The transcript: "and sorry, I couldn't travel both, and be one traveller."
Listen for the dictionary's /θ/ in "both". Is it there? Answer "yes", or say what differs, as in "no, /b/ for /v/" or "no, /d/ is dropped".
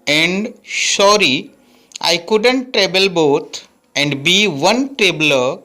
no, /t/ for /θ/